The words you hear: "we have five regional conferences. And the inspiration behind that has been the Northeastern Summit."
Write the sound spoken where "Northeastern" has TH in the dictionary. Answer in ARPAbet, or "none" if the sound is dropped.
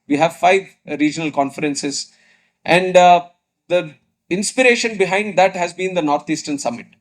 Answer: T